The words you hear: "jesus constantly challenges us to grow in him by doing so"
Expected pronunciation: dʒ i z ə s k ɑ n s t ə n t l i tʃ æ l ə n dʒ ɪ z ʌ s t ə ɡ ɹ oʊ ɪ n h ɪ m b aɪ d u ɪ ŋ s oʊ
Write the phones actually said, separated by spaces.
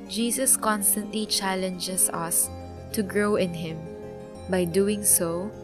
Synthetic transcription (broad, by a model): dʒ i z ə s k ɑ n s t ə n t l i tʃ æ l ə n dʒ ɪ s ʌ s t ə ɡ ɹ oʊ ɪ n h ɪ m b aɪ d u ɪ ŋ s oʊ